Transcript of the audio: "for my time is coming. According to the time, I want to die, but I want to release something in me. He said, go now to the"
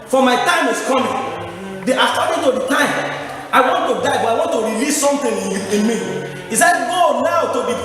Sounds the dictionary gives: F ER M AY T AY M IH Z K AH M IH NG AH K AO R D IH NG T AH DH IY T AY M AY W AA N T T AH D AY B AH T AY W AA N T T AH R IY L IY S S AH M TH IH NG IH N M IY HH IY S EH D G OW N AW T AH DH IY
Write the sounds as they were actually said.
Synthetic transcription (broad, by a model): F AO M AY T AY M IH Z K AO M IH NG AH AA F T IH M T AH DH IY T AY M AY W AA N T T AH D AY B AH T AY W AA N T T AH R IY L IY S S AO M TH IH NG IH N M IY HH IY S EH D G OW N AW T AH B IY